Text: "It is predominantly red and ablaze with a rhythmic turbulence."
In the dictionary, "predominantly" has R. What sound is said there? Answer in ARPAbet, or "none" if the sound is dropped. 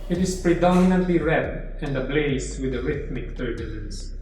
R